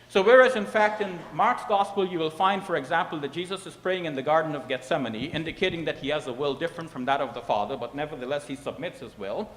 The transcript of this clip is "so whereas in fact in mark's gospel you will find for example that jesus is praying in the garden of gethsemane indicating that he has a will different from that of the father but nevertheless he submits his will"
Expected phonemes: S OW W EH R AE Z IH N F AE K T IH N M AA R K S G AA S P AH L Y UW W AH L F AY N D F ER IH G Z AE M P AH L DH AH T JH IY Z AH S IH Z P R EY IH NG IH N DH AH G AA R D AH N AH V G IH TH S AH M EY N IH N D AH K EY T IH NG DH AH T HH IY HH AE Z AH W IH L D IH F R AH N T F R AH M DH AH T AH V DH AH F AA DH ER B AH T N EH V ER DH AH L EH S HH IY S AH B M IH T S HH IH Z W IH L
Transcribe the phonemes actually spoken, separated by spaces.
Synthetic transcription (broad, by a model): S OW W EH R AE Z IH N F AE K T IH N M AA R K S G AA S P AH L Y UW W AH L F AY N D F ER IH G Z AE M P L DH AH T JH IY Z AH S IH Z P R EY IH NG IH N DH AH G AA R D N AH V G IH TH S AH M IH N IH N D AH K EY T IH NG DH AH T HH IY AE Z AH W IH L D IH F R AH N T F R AH M DH AH T AH V DH AH F AA DH ER B AH T N EH V ER DH AH L EH S HH IY S AH B M IH T S HH IH Z W IH L